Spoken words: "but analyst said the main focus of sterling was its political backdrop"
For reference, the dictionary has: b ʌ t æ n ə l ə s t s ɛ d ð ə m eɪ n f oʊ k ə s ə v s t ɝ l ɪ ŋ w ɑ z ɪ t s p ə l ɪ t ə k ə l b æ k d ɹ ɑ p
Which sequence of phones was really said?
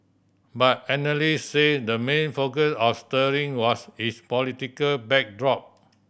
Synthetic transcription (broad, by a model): b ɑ t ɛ n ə l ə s s ɛ d ə m eɪ n f oʊ k ə s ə f s t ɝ ɪ ŋ w ɑ s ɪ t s p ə l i t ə k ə l b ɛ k d ɹ ɑ p